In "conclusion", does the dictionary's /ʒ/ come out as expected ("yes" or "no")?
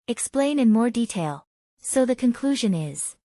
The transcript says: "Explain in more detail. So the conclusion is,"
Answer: yes